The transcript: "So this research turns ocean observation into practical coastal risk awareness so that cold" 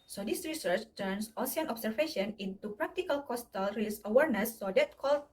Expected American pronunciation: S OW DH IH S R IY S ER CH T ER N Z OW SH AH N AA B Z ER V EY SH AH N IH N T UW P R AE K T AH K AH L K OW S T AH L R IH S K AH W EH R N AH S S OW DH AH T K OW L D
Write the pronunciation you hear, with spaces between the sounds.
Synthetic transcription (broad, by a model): S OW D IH S R IY S ER CH T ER N S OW S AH N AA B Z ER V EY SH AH N IH N T UW P R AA K T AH K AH L K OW S T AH L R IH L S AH W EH R N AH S S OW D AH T K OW L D